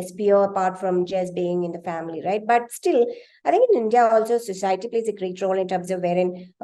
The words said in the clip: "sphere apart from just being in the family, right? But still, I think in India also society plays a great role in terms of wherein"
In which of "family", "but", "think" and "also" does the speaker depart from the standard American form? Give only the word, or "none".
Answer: think